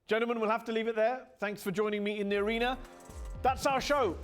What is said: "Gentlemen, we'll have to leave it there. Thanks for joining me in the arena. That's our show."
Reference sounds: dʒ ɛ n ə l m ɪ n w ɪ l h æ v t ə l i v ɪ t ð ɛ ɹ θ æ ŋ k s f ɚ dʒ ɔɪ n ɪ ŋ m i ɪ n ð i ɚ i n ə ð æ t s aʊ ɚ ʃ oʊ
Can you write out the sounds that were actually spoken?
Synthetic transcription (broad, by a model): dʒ ɛ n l m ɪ n w ɪ l h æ f t ə l i v ɪ t ð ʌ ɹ θ æ ŋ k s f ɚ dʒ ɔɪ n ɪ ŋ m i ɪ n ð i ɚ i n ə ð æ t s aʊ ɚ ʃ oʊ